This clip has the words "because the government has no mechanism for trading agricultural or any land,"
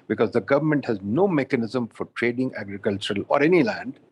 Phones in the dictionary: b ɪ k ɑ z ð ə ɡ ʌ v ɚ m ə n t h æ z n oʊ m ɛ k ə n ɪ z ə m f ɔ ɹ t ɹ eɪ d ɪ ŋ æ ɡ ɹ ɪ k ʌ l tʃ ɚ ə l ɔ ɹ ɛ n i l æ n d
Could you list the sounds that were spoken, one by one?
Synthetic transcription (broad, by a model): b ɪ k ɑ z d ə ɡ ʌ v ɚ m ə n t h æ z n oʊ m ɛ k ə n ɪ z ə m f ɔ ɹ t ɹ eɪ d ɪ ŋ æ ɡ ɹ ɪ k ʌ l tʃ ɚ ə l ɔ ɹ ɛ n i l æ n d